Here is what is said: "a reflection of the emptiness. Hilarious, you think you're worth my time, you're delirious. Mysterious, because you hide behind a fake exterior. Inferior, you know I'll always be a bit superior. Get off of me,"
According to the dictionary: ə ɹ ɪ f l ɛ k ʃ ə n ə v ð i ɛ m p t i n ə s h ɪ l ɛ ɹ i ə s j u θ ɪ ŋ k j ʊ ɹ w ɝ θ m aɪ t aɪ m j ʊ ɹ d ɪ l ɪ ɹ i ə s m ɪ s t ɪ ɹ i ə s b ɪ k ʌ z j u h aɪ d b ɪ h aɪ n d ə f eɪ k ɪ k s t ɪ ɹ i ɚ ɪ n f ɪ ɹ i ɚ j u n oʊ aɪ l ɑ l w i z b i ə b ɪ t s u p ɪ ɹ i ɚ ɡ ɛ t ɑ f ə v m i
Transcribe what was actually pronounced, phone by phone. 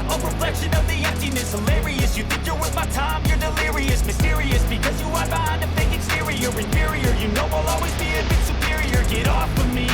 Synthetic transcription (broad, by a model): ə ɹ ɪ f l ɛ k ʃ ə n ə v ð i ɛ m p t i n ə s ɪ l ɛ ɹ i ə s j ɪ θ ɪ ŋ k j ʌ ɹ w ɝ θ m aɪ t aɪ m j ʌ ɹ d ɪ l ɪ ɹ i ə s m ɪ s t ɪ ɹ i ə s b ɪ k ʌ z j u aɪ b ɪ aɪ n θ ə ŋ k ɪ k s t ɪ ɹ i ɚ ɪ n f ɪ ɹ i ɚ j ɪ n oʊ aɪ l ɑ l w i z b i ə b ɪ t s u p ɪ ɹ i ɚ ɡ ɛ t ɑ f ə m i